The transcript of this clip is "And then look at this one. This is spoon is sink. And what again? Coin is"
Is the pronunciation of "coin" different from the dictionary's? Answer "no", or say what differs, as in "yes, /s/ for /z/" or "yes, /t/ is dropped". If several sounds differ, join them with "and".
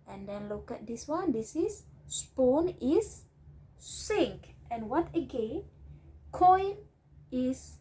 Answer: no